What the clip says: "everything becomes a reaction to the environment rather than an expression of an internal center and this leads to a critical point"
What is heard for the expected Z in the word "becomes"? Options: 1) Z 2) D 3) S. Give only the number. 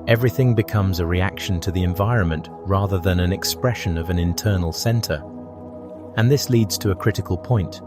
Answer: 1